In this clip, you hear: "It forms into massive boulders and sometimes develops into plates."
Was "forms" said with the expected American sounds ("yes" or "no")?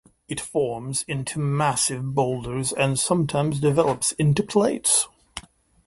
yes